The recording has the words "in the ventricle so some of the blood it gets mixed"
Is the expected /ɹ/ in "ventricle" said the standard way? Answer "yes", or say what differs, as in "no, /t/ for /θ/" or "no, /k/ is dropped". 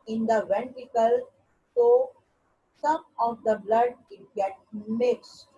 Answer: no, /ɹ/ is dropped